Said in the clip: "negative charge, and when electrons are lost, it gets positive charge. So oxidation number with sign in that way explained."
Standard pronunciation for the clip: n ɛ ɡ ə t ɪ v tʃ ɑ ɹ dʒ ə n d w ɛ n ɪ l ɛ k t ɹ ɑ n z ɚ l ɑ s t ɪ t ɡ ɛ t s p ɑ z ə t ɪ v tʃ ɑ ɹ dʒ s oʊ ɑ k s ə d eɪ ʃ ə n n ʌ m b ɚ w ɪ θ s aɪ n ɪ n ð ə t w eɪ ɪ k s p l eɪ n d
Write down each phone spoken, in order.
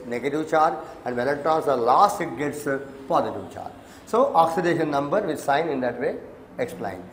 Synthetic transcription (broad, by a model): n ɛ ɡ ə t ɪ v tʃ ɑ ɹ ə n d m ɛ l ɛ t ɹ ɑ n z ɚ l ɑ s t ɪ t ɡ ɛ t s p ɑ z ə t ɪ v tʃ ɑ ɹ s oʊ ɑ k s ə d eɪ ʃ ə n n ʌ m b ɚ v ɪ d s aɪ n ɪ n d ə t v eɪ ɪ k s p l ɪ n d